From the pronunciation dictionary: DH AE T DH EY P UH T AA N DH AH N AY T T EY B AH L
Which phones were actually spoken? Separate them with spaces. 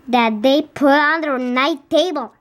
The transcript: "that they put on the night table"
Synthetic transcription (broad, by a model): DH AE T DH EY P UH AA N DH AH N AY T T EY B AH L